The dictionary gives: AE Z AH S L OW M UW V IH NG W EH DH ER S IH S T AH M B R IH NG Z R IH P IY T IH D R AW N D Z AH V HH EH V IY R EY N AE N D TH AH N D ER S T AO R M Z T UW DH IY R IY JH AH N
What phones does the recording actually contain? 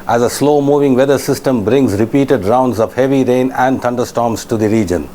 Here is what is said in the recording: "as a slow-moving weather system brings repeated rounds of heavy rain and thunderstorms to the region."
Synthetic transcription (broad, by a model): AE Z AH S L OW M UW V IH NG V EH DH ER S IH S T AH M B R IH NG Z R IH P IY T IH D R AW N D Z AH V HH EH V IY R EY N AE N D T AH N D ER S T AO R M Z T UW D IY R IY JH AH N